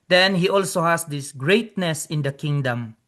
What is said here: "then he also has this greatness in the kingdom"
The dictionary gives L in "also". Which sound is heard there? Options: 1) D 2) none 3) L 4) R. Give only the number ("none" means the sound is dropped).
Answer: 3